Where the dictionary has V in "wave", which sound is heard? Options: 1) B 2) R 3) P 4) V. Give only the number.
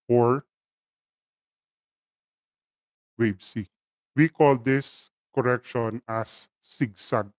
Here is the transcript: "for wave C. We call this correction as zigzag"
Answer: 1